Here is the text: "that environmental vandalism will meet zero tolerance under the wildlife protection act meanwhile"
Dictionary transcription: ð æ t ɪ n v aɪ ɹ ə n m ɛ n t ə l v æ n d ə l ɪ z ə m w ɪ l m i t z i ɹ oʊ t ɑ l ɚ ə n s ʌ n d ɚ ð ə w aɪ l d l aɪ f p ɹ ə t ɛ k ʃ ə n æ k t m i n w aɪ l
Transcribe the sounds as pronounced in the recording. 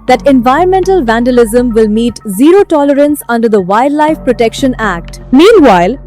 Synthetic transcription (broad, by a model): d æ t ɪ n v aɪ ɹ ə n m ɛ n t ə l v æ n d ə l ɪ z ə m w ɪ l m i t z i ɹ oʊ t ɑ l ɚ ə n s ʌ n d ɚ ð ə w aɪ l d l aɪ f p ɹ ə t ɛ k ʃ ə n æ k t m i n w aɪ l